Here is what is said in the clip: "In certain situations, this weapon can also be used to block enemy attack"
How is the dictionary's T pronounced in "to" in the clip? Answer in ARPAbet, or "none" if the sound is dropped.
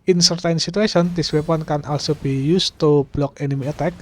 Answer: T